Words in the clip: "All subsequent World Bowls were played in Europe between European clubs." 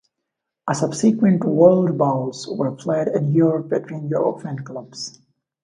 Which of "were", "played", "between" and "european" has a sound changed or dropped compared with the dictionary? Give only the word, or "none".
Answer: european